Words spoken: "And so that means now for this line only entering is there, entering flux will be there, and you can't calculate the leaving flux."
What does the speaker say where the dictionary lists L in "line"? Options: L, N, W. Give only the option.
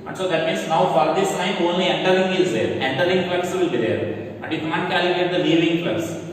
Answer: N